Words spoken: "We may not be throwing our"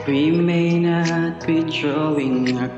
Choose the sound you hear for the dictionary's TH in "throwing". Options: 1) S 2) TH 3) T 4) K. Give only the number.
3